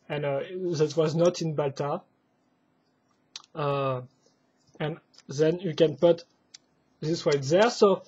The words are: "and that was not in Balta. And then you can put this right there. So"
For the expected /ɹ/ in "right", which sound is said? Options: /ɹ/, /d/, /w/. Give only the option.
/w/